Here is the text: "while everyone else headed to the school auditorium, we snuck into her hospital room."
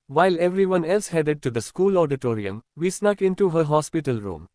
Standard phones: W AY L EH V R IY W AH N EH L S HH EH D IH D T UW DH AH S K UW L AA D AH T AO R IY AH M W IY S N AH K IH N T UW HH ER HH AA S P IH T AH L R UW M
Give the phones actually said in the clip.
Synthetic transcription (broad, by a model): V AY L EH V R IY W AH N EH L S HH EH D IH D T UW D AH S K UW L AA D AH T AO R IY AH M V IY S N AH K IH N T UW HH ER HH AA S P IH T AH L R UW M